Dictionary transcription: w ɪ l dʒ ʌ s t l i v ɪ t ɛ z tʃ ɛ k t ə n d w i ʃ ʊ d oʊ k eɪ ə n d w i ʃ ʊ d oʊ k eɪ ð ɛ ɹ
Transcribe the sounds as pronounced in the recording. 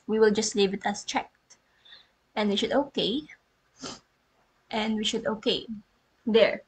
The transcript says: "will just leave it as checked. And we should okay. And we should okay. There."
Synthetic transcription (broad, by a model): w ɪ l dʒ ʌ s t l i v ɪ t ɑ s tʃ ɛ k t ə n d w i ʃ ʊ d oʊ k eɪ ə n d w i ʃ ʊ d oʊ k eɪ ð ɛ ɹ